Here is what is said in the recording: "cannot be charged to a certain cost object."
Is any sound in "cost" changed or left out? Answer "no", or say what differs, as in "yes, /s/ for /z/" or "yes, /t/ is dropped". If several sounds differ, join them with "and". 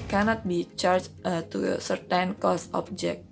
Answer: yes, /t/ is dropped